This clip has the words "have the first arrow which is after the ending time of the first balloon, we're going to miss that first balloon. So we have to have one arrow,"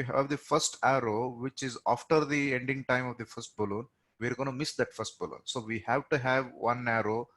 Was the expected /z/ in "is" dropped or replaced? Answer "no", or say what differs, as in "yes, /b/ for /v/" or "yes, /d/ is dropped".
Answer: no